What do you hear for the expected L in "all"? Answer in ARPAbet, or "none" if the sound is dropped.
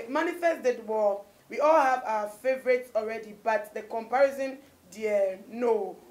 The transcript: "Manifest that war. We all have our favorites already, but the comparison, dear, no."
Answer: L